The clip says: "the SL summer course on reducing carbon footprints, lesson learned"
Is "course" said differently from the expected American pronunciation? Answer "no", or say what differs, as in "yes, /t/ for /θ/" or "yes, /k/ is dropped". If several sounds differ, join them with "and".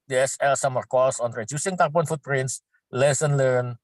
yes, /l/ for /ɹ/